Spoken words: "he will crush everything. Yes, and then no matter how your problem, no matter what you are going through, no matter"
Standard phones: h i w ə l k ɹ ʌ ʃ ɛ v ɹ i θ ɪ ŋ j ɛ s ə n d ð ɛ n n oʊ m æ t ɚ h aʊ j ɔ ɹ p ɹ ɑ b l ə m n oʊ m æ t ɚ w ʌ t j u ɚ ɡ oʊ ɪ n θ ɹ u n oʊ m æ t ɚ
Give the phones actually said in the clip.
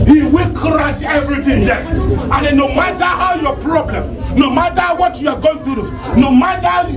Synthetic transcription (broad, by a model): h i w ə l k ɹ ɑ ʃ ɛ v ɹ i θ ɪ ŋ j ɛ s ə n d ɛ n n oʊ m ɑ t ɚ h aʊ j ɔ p ɹ ɑ b l ə m n oʊ m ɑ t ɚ w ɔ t j u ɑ ɡ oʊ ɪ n t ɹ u n oʊ m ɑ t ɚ